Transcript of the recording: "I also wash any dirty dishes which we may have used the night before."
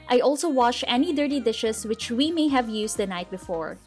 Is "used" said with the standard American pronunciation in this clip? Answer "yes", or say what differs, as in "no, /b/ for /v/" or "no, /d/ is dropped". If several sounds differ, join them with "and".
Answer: no, /s/ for /z/